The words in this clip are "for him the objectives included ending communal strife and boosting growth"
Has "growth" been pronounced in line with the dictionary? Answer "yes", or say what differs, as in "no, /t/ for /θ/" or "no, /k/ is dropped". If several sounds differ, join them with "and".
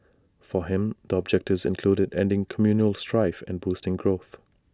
yes